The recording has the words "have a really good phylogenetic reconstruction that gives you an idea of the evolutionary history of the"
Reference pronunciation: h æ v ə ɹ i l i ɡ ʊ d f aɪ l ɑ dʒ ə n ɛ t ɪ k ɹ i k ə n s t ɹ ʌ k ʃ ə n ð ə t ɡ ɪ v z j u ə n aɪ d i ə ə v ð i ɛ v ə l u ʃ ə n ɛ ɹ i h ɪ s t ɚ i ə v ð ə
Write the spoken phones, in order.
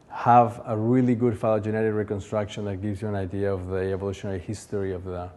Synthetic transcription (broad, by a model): h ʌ v ə ɹ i l i ɡ ʊ d f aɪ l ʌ dʒ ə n ɛ t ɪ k ɹ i k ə n s t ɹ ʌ k ʃ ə n ð ə t ɡ ɪ v z j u ə n aɪ d i ə ə v ð i ɛ v ə l u ʃ ə n ɛ ɹ i h ɪ s t ɚ i ə v ð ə